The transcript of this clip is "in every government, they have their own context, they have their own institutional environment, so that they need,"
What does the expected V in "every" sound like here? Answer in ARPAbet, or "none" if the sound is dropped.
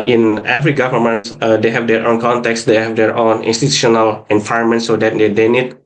F